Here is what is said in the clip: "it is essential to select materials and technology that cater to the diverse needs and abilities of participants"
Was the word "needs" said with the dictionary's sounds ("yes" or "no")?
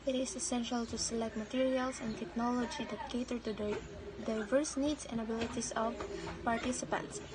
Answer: no